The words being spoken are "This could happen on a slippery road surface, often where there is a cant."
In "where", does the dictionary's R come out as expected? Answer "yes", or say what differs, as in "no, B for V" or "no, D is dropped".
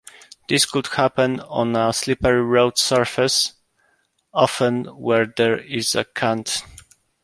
yes